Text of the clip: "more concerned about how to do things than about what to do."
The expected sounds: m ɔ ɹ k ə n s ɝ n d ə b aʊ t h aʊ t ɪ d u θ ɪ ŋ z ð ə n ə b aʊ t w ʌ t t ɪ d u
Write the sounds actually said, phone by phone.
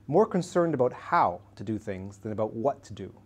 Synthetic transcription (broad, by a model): m ɔ ɹ k ə n s ɝ n d ə b aʊ t h aʊ t ɪ d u θ ɪ ŋ z ð ə n ə b aʊ t w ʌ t t ɪ d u